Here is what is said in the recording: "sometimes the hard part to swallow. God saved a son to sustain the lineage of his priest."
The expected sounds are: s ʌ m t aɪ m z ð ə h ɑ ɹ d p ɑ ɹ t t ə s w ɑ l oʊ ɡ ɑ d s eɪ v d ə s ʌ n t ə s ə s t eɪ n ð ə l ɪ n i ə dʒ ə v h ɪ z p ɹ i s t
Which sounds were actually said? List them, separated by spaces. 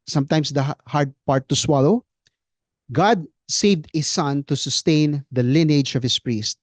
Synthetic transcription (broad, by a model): s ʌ m t aɪ m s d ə h ɑ ɹ d p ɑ ɹ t t ə s w ɑ l oʊ ɡ ɑ d s eɪ v d ə s ʌ n t ə s ə s t eɪ n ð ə l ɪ n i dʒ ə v h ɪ s p ɹ i s t